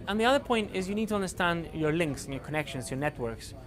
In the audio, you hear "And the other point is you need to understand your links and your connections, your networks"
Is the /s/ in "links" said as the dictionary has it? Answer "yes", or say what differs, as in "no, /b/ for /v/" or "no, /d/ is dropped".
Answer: yes